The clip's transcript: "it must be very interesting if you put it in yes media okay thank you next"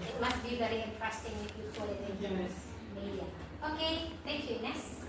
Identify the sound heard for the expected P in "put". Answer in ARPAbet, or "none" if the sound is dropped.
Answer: F